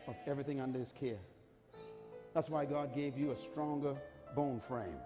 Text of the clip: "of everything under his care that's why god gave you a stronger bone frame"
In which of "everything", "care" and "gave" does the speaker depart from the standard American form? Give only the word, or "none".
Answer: none